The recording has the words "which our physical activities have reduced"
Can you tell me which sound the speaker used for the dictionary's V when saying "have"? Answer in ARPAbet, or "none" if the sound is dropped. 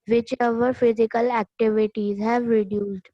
V